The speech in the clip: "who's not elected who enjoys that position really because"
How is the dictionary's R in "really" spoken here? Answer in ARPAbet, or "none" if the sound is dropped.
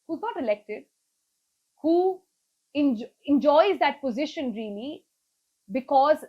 R